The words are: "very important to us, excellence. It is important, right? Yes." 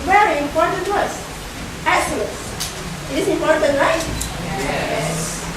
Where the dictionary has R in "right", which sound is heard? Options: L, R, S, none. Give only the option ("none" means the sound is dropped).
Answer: L